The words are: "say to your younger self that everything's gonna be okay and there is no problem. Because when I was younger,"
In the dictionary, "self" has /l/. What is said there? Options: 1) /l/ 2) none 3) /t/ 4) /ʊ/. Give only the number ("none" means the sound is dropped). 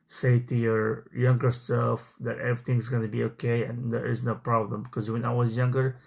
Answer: 2